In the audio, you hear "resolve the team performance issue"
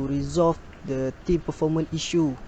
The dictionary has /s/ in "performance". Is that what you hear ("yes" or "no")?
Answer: no